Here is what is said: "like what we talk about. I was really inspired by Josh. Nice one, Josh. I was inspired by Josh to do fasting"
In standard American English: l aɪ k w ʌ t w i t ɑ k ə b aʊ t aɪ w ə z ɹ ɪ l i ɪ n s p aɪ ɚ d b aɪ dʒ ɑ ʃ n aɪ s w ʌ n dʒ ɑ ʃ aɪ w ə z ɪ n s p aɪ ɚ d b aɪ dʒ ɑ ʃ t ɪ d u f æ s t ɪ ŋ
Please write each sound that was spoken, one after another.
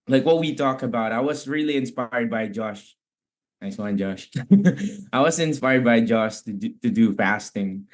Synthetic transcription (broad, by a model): l aɪ k w ʌ t w i t ɑ k ə b aʊ t aɪ w ə z ɹ ɪ l i ɪ n s p aɪ ɚ d b aɪ dʒ ɑ ʃ n aɪ s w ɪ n dʒ ɑ ʃ aɪ w ə z ɪ n s p aɪ ɚ d b aɪ dʒ ɑ ʃ t ɪ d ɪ f æ s t ɪ ŋ